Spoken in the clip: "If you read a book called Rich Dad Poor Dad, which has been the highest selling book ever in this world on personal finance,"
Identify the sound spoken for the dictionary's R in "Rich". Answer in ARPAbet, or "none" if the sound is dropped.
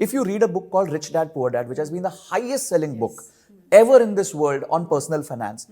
R